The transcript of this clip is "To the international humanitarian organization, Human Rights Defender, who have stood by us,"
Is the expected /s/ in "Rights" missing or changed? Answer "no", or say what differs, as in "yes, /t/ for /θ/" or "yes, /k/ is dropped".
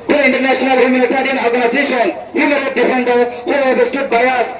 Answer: yes, /s/ is dropped